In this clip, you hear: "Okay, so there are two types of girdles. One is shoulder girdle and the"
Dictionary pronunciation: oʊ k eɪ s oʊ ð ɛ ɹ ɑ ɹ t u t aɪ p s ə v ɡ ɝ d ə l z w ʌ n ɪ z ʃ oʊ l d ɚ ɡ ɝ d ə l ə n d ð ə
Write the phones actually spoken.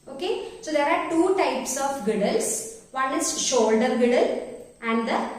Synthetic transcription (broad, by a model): oʊ k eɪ s oʊ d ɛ ɹ ɑ ɹ t u t aɪ p s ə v ɡ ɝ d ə l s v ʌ n ɪ z ʃ oʊ l d ɚ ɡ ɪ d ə l ə n d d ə